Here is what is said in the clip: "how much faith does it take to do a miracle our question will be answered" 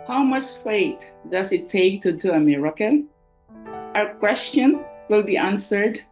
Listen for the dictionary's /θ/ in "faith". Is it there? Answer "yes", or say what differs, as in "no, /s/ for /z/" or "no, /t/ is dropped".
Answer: no, /t/ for /θ/